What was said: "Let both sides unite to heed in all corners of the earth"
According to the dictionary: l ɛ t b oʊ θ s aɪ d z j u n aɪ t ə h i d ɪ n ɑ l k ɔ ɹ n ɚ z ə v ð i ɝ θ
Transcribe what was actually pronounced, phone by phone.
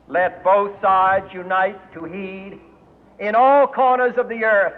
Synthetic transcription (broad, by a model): l ɛ t b oʊ θ s aɪ d z j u n aɪ t ə h i d ɪ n ɑ l k ɔ ɹ n ɚ z ə v ð i ɝ θ